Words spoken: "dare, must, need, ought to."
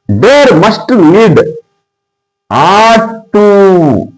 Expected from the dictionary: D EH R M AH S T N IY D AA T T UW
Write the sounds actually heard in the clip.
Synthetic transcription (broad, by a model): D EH R M AH S T L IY D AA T T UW